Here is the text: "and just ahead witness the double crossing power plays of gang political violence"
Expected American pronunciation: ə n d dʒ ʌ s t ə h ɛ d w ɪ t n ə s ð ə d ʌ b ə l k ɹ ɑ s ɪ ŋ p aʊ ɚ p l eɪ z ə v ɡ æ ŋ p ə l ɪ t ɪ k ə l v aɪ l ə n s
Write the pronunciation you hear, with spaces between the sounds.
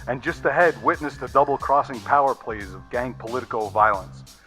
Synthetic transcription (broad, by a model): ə n dʒ ʌ s t ə h ɛ d w ɪ t n ə s ð ə d ʌ b l k ɹ ɑ s ɪ ŋ p aʊ ɚ p l eɪ z ə v ɡ æ ŋ p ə l ɪ t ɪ k l v aɪ l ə n s